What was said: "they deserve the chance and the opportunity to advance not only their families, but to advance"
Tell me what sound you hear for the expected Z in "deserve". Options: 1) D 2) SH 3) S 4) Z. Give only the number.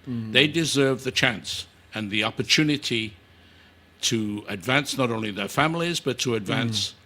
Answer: 4